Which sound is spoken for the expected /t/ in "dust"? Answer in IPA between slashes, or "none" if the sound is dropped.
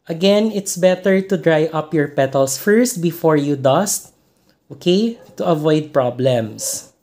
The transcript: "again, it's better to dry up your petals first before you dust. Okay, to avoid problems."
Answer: /t/